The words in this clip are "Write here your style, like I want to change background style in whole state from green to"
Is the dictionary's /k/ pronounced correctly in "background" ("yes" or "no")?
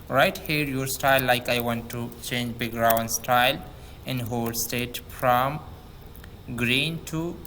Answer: no